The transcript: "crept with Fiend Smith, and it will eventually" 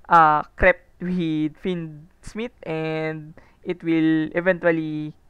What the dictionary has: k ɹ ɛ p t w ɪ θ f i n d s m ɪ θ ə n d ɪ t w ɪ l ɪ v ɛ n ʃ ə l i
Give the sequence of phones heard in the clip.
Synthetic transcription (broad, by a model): k ɹ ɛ p t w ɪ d f i n d s m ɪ t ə n d ɪ t w ɪ l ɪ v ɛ n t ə l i